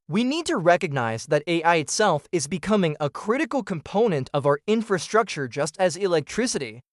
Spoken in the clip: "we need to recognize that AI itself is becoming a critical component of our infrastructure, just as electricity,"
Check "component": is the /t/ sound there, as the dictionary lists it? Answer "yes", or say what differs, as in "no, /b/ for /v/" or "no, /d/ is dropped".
yes